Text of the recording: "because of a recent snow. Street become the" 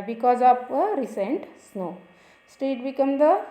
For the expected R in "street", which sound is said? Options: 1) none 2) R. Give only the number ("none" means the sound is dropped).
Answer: 1